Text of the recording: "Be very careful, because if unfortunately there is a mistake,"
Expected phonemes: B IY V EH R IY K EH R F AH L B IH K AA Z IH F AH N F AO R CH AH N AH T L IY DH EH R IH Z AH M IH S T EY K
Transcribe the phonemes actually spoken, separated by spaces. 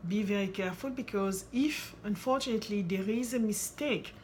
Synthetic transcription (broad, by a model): B IY V EH R IY K EH R F AH L B IH K AA Z IH F AH N F AO R CH AH N AH T L IY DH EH R IH Z AH M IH S T EY K